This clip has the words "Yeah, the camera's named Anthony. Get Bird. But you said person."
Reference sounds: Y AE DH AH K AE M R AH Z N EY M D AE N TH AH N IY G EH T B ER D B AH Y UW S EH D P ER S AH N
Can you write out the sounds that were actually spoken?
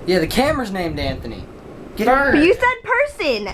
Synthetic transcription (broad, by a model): Y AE DH AH K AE M R Z N EY M D AE N TH AH N IY G EH T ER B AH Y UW S EH D P ER S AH N